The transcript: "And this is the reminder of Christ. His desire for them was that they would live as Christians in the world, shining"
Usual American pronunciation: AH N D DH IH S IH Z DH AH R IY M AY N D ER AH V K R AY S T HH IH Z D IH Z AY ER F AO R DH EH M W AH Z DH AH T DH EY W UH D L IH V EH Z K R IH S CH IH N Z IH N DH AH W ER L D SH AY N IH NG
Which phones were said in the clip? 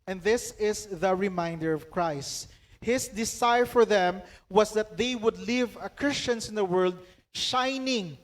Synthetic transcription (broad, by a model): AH N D DH IH S IH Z DH AH R IY M AY N D ER AH V K R AY S T HH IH S D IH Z AY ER F AO R DH EH M W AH S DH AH T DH EY W UH D L IH V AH K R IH S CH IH N S IH N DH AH W ER L D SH AY N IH NG